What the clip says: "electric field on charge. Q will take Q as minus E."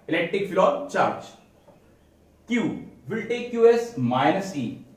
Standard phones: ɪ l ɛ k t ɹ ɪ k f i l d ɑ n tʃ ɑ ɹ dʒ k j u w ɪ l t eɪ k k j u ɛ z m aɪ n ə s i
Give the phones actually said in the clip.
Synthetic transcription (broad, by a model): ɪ l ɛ k t ɹ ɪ k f l ɑ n tʃ ɑ ɹ dʒ k j u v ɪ l t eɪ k k j u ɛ s m aɪ n ə s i